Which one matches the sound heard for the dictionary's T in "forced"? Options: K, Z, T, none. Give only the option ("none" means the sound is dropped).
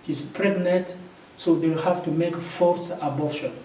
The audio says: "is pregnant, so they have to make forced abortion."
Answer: none